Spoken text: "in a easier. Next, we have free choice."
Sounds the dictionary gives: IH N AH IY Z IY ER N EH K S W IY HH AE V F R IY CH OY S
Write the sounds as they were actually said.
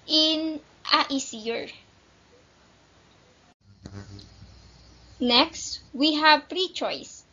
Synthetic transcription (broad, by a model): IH N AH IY S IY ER N EH K S W IY HH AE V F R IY CH OY S